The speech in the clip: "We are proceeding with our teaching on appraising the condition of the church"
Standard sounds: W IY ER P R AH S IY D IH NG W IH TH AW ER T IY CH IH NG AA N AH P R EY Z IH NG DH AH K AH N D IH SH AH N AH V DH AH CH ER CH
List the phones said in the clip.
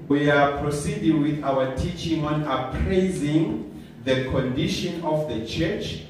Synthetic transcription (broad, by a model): W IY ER P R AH S IY D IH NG W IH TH AW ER T IY CH IH NG AA N AH P R EY Z IH NG DH AH K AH N D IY SH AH N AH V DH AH CH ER CH